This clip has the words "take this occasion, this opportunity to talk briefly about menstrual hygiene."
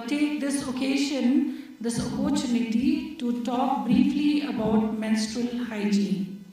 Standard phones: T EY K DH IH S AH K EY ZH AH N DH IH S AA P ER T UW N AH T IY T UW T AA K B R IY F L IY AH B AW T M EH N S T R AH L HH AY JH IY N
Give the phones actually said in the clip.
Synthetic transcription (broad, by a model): T EY K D IH S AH K EY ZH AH N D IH S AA P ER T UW N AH T IY T UW T AA K B R IY F L IY AH B AW T M EH N S T R AH L HH AY JH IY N